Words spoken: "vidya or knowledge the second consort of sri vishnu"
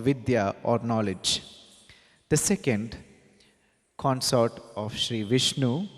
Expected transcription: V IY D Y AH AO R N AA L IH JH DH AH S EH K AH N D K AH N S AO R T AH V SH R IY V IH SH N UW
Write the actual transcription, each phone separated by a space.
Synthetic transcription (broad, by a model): V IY D Y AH AO R N AA L IH JH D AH S EH K AH N D K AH N S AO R T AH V SH R IY V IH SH N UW